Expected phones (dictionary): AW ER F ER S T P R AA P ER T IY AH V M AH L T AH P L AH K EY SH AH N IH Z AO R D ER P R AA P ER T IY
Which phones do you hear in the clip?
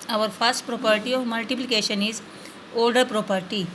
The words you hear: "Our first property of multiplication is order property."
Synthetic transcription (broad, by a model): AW ER F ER S T P R AA P ER T IY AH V M AH L T AH P L AH K EY SH AH N IH Z AO L D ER P R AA P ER T IY